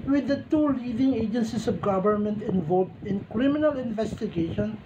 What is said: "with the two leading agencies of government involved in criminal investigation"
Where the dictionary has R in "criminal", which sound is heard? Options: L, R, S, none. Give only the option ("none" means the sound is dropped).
R